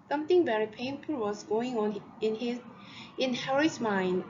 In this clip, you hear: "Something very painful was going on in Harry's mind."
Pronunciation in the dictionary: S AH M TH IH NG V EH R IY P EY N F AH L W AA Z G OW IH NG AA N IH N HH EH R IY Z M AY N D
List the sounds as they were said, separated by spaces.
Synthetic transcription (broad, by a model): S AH M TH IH NG V EH R IY P EY N F AH L W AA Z G OW IH NG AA N IH N HH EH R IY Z M AY N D